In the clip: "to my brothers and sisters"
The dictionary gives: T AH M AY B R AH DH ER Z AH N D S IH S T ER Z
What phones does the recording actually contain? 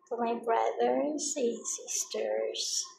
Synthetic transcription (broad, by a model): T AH M AY B R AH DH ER AH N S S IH S T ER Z